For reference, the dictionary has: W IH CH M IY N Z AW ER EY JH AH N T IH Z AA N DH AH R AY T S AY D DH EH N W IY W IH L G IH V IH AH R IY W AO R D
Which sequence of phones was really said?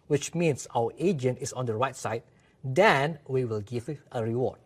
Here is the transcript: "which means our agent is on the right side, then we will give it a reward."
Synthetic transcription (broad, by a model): W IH CH M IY N S AW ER EY JH AH N T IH S AA N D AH R AY T S AY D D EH N W IY W IH L G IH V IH AH R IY W AO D